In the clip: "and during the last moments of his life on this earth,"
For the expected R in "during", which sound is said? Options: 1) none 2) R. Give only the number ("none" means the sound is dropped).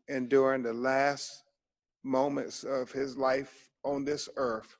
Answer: 2